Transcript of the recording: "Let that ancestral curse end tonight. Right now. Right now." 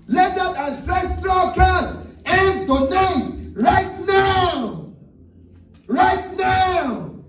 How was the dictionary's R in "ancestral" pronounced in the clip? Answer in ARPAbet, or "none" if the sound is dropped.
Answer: R